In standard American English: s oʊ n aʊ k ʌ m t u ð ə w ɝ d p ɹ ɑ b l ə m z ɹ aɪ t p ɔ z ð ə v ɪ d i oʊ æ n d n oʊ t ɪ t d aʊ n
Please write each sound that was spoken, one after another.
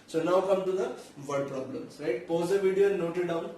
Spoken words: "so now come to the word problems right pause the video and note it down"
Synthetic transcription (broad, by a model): s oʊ n aʊ k ʌ m t u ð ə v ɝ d p ɹ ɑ b l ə m s ɹ aɪ t p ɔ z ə v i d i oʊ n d n oʊ t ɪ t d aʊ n